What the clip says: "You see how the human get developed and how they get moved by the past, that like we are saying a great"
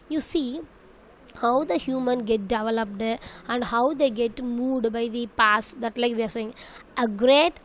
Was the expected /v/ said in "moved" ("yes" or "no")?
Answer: no